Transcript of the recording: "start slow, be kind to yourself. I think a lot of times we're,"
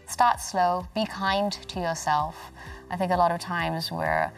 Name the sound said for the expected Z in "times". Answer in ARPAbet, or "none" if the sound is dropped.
Z